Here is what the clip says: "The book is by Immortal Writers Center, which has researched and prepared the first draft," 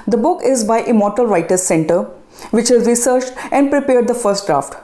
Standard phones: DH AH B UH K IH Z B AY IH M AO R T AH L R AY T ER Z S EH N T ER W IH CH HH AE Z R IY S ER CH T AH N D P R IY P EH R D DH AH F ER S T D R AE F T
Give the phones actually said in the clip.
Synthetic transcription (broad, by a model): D AH B UH K IH Z B AY IH M AO R T AH L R AY T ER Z S EH N T ER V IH CH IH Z R IY S ER CH T AH N D P R IY P EH R D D AH F ER S T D R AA F T